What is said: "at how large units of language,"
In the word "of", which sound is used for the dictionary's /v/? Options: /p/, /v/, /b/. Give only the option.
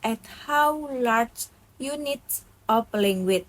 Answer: /p/